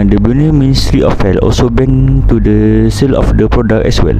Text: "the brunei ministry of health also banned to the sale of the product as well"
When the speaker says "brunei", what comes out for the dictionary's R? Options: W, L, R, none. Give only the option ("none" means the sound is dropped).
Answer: none